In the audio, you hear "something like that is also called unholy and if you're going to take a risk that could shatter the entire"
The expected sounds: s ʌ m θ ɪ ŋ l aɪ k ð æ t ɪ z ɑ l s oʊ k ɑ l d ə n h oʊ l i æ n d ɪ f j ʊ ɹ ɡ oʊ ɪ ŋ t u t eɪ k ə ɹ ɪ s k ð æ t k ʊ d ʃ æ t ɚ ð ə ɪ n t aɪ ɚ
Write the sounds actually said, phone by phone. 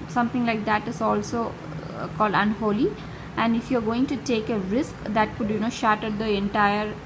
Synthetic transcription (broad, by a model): s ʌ m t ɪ ŋ l aɪ k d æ t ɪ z ɑ l s oʊ k ɑ l d ə n h oʊ l i æ n d ɪ f j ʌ ɹ ɡ oʊ ɪ ŋ t u t eɪ k ə ɹ ɪ s k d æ t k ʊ d ʃ æ t ɚ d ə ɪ n t aɪ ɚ